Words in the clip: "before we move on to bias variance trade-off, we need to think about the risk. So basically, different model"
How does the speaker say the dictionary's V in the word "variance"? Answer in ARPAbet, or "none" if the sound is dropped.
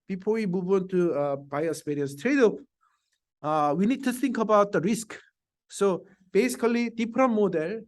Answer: P